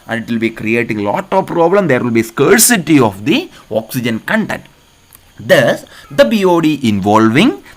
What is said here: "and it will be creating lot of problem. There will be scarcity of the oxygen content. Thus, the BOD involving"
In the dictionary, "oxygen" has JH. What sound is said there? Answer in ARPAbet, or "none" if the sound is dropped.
JH